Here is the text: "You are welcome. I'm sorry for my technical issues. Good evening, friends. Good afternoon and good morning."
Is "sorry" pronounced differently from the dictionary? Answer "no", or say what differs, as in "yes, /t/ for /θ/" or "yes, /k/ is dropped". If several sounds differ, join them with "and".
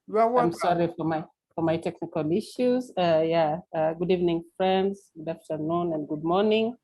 yes, /ɹ/ is dropped